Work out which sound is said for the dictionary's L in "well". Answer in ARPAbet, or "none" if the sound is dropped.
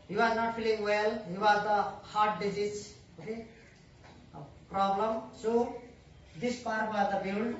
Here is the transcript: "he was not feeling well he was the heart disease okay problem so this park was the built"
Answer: L